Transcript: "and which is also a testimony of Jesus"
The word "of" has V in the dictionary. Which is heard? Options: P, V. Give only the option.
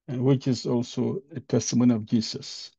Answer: V